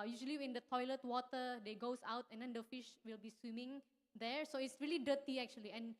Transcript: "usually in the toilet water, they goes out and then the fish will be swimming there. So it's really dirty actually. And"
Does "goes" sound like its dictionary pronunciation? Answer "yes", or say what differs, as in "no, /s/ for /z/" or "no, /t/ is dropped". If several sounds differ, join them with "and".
no, /s/ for /z/